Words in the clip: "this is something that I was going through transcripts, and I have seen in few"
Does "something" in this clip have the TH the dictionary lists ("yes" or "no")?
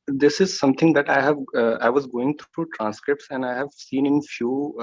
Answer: no